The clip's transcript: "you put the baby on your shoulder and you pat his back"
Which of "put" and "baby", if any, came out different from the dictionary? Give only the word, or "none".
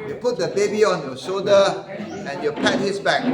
none